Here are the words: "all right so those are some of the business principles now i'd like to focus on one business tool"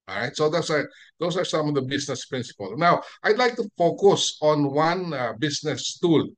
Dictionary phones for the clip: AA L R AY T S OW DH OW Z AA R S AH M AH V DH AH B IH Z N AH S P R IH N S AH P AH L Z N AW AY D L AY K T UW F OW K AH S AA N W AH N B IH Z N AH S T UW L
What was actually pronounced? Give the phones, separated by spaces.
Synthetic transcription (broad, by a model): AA R AY T S OW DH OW S AA R S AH M AH V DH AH B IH S N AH S P R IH N S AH P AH L N AW AY D L AY K T UW F OW K AH S AA N W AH N B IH S N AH S T UW L